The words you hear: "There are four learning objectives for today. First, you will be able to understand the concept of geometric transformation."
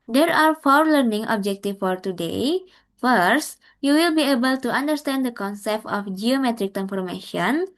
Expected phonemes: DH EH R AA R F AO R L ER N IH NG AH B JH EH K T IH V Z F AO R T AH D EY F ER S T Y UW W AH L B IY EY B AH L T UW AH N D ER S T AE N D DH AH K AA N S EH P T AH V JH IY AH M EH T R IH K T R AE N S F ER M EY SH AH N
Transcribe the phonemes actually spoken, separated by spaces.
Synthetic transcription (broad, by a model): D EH R AA R F AO R L ER N IH NG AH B JH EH K T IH F AO R T AH D EY F ER S T Y UW W AH L B IY EY B AH L T UW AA N D ER S T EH N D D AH K AA N S EH P T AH F JH IY AH M EH T R IH K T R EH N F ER M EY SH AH N